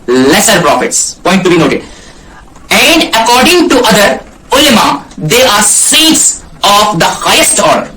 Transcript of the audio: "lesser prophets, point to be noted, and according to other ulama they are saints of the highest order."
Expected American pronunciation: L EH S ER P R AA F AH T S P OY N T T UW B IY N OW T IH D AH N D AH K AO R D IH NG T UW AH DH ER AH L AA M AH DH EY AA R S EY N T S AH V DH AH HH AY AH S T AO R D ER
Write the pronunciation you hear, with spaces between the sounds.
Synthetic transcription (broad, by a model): L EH S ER P R AA F AH T S P OY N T T UW B IY N OW T IH D AH N D AH K AO R D IH NG T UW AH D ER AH L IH M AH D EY AA R S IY T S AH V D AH HH AY AH S T AO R D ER